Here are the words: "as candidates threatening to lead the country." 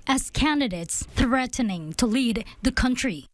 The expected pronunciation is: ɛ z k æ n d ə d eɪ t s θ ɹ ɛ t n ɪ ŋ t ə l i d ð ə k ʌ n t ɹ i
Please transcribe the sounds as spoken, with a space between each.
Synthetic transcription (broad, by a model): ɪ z k æ n d ə d eɪ t s θ ɹ ɛ t n ɪ ŋ t ə l i d ð ə k ʌ n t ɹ i